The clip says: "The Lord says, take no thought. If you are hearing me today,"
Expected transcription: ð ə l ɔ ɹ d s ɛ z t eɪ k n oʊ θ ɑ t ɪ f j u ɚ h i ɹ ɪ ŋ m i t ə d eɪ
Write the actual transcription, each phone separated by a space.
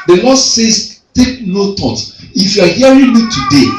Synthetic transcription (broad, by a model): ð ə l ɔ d s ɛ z t eɪ k n oʊ t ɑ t ɪ f j u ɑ h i ɹ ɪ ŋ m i t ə d eɪ